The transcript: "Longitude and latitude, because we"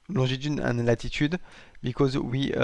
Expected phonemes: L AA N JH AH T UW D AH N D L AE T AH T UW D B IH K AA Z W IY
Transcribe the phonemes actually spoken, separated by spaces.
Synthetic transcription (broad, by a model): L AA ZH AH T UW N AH N L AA T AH T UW D B IH K AA Z W IY